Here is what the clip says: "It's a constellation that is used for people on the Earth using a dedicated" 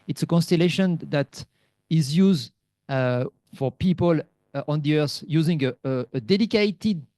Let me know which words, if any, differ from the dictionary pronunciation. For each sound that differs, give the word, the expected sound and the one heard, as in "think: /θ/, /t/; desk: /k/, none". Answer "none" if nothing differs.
earth: /θ/, /s/